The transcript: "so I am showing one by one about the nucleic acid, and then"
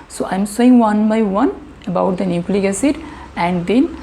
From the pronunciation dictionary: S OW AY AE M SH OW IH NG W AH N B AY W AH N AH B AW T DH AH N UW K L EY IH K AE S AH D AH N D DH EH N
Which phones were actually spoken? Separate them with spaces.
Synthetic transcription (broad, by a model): S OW AY M S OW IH NG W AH N B AY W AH N AH B AW T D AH N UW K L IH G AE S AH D AH N D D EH N